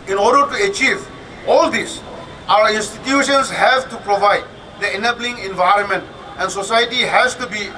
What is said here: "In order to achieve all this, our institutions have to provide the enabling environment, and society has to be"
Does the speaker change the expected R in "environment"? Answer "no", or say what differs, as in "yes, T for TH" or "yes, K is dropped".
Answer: no